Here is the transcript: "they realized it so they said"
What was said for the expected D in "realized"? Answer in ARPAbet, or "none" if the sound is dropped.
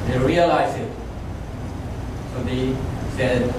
none